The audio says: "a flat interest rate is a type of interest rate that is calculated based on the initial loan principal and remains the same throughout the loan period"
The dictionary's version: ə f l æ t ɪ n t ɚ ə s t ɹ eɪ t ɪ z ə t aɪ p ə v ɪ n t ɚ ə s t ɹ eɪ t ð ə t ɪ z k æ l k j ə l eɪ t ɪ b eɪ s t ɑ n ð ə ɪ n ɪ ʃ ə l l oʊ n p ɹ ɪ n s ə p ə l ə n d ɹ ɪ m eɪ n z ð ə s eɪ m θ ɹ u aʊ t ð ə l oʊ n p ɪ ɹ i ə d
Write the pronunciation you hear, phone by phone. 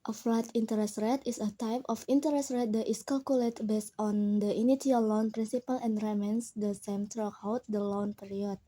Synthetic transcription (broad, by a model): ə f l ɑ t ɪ n t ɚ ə s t ɹ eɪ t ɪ s ə t aɪ p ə f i n t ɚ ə s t ɹ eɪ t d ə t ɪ s k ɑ l k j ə l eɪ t b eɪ s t ɑ n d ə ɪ n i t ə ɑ l oʊ n p ɹ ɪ n s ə p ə l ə n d ɹ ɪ m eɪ n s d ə s eɪ m t ɹ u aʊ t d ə l oʊ n p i ɹ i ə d